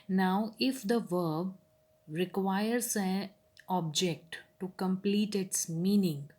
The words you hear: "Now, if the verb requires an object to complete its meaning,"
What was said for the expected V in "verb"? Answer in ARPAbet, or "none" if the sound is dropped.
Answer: V